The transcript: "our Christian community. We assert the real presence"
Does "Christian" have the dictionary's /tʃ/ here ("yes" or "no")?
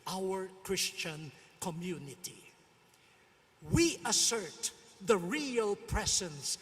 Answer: yes